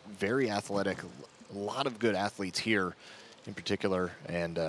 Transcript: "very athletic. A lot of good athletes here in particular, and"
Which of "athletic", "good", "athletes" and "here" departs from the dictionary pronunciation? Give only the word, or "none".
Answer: none